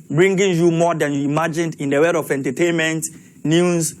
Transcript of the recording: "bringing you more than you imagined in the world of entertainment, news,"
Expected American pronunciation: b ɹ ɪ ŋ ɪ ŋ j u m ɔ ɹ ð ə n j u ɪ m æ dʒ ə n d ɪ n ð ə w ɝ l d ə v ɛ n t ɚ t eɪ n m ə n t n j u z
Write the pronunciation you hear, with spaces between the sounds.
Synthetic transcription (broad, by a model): b ɹ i ŋ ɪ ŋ j u m ɔ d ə n j u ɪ m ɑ dʒ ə n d ɪ n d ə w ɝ d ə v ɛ n t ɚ t eɪ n m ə n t n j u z